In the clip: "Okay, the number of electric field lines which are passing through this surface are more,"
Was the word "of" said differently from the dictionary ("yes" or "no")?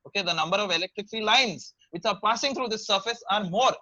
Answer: no